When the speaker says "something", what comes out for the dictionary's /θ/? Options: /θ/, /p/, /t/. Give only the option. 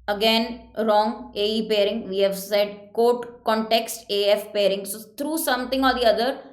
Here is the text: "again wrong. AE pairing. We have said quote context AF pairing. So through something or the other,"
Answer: /t/